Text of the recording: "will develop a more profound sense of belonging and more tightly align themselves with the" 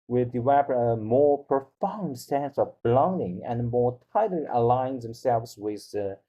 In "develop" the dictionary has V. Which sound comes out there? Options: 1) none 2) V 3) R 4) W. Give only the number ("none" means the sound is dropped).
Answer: 4